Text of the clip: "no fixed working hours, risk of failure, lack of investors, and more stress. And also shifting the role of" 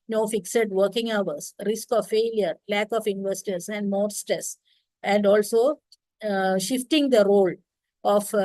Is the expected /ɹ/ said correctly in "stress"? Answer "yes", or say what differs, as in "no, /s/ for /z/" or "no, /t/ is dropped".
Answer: no, /ɹ/ is dropped